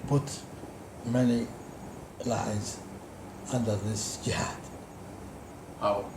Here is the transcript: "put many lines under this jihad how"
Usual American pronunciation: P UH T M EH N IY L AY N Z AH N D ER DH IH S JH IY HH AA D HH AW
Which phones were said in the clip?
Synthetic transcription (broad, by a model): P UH T M EH N IY L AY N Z AH N D ER DH IH S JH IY HH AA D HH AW